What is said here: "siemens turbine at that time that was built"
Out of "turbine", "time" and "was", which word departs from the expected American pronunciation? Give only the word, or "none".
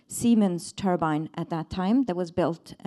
none